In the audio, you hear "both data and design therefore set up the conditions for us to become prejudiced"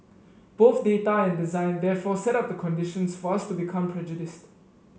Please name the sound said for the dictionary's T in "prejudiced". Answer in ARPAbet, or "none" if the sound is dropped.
T